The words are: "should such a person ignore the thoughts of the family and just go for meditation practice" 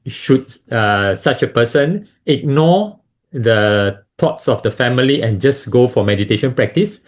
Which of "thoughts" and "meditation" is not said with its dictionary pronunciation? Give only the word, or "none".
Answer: thoughts